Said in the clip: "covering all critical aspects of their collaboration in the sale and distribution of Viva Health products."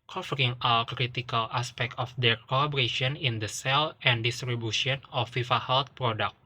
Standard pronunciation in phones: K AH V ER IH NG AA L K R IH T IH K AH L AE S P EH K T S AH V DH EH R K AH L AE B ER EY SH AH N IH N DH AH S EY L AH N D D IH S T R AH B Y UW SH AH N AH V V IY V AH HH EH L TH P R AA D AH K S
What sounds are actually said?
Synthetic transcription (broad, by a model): K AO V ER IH NG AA W K R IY T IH K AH L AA S P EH K T AH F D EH R K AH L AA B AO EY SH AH N IH N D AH S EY L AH N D D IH S T R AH B Y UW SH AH N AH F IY F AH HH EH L T P R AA D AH K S